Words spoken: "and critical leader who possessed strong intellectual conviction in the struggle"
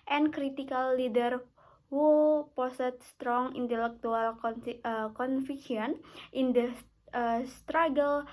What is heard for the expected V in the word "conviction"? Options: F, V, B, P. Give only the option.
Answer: F